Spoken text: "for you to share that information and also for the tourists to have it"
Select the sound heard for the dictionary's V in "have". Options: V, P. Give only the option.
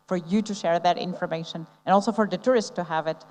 V